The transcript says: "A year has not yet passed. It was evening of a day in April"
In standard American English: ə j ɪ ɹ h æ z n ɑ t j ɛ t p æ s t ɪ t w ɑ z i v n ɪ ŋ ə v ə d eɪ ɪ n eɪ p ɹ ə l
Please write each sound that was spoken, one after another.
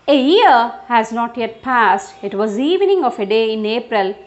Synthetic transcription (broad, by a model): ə j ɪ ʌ h æ z n ɑ t j ɛ t p æ s t ɪ t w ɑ z i v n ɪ ŋ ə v ə d eɪ ɪ n eɪ p ɹ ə l